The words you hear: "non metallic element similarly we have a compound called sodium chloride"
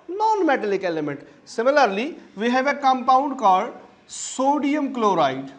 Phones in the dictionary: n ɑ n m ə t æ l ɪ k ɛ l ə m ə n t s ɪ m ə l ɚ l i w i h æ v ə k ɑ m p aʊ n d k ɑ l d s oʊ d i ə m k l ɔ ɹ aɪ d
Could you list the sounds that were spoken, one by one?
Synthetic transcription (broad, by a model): n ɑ n m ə t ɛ l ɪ k ɛ l ə m ə n t s ɪ m ə l ɚ l i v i h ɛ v ə k ɑ m p aʊ n d k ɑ d s oʊ d i ə m k l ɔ ɹ aɪ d